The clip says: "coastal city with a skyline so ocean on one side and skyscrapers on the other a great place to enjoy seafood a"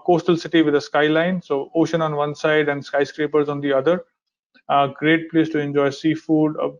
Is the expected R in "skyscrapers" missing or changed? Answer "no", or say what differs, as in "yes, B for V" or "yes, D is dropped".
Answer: no